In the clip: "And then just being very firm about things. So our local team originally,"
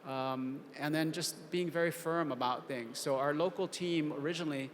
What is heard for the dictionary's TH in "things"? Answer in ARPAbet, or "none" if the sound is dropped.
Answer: TH